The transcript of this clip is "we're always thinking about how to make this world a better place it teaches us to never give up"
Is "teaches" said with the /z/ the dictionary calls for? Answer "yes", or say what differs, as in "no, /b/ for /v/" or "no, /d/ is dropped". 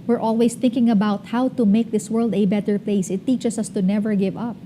no, /s/ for /z/